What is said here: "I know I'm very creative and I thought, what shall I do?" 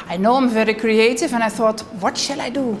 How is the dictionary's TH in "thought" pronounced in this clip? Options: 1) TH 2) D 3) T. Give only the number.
1